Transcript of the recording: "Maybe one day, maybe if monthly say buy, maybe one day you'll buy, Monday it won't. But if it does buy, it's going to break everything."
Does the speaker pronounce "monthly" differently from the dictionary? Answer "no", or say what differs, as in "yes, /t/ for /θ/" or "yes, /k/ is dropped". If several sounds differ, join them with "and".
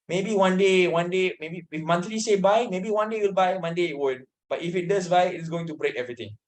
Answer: yes, /t/ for /θ/